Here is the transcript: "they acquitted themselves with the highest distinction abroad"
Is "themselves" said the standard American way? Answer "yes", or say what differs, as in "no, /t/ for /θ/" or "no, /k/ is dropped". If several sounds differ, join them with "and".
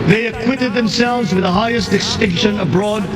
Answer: yes